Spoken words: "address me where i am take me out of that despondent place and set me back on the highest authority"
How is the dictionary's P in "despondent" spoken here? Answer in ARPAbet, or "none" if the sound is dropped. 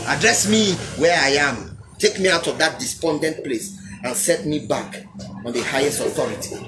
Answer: P